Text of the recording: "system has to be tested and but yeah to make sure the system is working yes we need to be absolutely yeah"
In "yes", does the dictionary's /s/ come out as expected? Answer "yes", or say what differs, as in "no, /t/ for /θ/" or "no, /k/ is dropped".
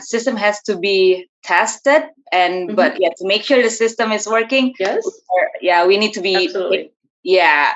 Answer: no, /s/ is dropped